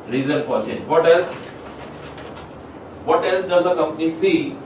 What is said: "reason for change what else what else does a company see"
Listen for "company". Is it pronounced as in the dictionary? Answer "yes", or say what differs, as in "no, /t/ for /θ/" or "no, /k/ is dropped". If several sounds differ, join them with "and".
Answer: yes